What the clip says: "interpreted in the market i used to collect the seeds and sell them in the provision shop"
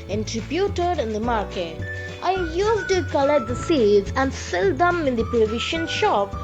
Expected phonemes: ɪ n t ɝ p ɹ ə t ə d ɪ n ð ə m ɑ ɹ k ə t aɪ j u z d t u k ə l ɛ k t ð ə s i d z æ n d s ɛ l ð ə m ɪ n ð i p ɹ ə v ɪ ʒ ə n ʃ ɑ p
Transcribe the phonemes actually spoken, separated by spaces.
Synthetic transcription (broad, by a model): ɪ n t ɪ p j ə t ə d ɪ n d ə m ɑ ɹ k ə t aɪ j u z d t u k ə l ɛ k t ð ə s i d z æ n d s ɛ l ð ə m ɪ n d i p ə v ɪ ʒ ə n ʃ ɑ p